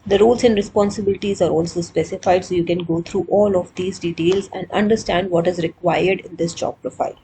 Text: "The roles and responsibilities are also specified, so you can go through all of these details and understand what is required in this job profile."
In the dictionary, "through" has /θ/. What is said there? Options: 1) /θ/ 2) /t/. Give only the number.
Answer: 2